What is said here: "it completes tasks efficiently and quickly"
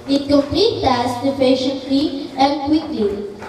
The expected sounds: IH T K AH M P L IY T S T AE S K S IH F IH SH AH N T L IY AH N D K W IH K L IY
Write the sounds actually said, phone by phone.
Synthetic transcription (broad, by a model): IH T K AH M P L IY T T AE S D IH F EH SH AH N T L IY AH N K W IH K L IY